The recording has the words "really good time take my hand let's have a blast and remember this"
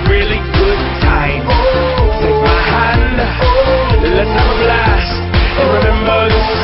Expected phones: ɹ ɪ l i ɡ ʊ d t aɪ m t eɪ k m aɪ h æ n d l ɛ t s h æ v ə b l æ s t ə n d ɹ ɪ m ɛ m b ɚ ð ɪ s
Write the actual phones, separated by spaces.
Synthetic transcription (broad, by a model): ɹ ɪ l i ɡ ʊ d t aɪ m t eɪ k m aɪ h æ n d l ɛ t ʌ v ə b l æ s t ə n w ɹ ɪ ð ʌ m ɚ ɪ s